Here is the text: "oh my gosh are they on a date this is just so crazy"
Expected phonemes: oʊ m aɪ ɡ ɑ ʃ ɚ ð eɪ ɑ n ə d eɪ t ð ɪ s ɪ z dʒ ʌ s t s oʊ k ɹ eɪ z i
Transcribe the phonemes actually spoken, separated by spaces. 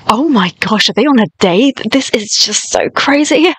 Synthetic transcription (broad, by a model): oʊ m aɪ ɡ ɑ ʃ ɚ ð eɪ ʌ n ə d eɪ ð ɪ s ɪ z dʒ ʌ s t s oʊ k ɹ eɪ z i